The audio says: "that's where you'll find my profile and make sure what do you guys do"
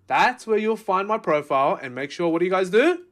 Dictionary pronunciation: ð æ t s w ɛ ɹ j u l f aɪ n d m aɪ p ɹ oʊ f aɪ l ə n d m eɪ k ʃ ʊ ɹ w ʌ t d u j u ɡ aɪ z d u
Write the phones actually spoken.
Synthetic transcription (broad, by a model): ð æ t s w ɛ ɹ j u l f aɪ n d m aɪ p ɹ oʊ f aɪ l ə n m eɪ k ʃ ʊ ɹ w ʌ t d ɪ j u ɡ aɪ z d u